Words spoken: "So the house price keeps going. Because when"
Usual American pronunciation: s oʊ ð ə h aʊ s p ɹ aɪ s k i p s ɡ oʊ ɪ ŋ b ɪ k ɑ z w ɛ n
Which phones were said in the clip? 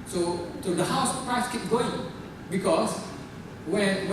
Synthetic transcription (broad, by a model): s oʊ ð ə h aʊ s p ɹ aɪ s k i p ɡ oʊ ɪ ŋ b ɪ k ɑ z w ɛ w